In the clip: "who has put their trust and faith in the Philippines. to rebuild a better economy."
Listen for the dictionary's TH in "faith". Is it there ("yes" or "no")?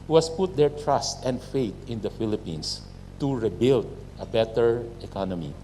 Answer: no